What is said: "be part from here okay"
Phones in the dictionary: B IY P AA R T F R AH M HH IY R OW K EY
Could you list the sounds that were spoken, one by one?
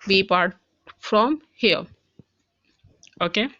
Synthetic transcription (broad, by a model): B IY P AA R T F R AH M HH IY L OW K EY